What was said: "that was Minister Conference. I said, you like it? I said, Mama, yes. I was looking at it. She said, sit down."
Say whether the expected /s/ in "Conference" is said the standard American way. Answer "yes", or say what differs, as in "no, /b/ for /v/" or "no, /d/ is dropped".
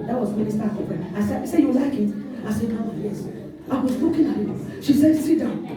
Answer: no, /s/ is dropped